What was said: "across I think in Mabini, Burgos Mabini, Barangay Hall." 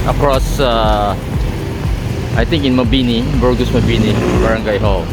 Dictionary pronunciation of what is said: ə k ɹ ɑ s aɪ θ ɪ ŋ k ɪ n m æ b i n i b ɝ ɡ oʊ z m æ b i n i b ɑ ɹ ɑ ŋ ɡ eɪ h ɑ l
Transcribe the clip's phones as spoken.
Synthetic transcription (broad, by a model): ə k ɹ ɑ s aɪ t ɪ ŋ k ɪ n m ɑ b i n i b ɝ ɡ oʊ s m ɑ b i n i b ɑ ɹ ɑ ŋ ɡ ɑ h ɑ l